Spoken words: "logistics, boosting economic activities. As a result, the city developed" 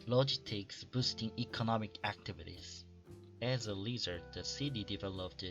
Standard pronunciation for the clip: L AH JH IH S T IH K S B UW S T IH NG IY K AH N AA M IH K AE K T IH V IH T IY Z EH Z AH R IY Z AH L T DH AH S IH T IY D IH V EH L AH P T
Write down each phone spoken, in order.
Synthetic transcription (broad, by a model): L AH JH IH S T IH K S B UW S T IH NG IY K AH N AA M IH K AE K T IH V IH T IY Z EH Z AH L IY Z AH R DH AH S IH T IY D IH V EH L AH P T